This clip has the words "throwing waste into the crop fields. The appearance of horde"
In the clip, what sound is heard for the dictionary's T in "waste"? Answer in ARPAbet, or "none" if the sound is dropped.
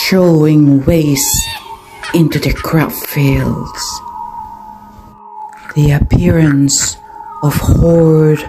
none